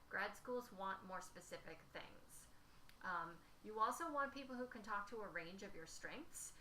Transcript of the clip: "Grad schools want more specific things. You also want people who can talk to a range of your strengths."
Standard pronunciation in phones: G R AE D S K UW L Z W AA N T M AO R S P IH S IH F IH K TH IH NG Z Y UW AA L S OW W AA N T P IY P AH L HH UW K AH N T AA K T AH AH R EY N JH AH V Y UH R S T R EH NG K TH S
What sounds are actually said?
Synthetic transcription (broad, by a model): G R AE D S K UW L Z W AA N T M AO R S P IH S IH F IH K TH IH NG Z Y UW AA L S OW W AA N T P IY P L HH UW K AH N T AA K T AH AH R EY N JH AH V Y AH R S T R EH NG K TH S